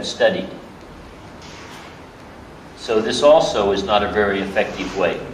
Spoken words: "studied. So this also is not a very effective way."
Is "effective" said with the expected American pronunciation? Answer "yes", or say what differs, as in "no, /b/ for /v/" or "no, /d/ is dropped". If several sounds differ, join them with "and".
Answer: yes